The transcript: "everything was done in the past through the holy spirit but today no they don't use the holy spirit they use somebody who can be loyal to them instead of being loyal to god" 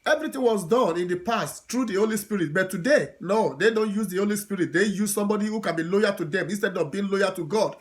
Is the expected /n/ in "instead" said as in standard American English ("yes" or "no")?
yes